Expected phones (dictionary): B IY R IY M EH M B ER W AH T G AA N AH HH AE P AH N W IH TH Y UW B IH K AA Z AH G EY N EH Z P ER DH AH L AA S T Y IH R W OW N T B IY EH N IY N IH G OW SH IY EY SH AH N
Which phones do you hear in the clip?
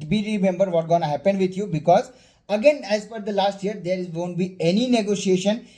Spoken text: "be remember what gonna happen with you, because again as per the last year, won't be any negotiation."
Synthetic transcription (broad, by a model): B IY R IY M EH M B ER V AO T G AA N AH HH AE P AH N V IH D Y UW B IH K AA Z AH G EY N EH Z F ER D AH L AA S T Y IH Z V OW N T B IY EH N IY N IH G OW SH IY EY SH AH N